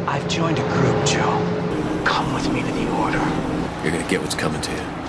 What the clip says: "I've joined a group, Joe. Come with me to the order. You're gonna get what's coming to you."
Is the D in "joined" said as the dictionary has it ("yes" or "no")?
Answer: yes